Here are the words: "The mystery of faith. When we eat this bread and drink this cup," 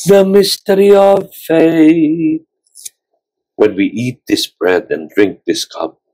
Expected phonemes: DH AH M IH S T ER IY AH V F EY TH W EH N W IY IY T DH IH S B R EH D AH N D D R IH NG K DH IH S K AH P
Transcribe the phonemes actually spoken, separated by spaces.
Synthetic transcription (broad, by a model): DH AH M IH S T ER IY AH V F EY TH W EH N W IY IY T DH IH S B R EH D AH N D D R IH NG K DH IH S K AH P